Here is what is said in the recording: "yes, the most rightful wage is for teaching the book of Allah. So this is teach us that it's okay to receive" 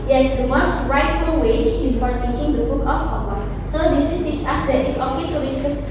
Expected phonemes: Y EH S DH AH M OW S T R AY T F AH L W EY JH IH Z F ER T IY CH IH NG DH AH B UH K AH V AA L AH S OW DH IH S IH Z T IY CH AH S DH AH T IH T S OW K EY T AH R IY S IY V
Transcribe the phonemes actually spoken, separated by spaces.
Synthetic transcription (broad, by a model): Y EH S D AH M OW S T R AY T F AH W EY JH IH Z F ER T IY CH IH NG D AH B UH K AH F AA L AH S OW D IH S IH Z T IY S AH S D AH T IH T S OW K EY S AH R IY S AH